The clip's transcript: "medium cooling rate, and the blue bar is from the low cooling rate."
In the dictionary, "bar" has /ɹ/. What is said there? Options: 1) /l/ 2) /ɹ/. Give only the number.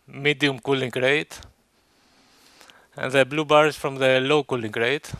2